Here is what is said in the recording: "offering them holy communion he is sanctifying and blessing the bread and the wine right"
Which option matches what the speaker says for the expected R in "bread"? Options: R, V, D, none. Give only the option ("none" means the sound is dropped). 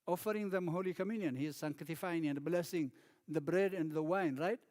R